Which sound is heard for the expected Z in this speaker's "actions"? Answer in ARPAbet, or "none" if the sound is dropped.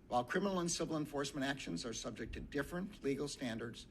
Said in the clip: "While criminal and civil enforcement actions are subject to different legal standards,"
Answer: Z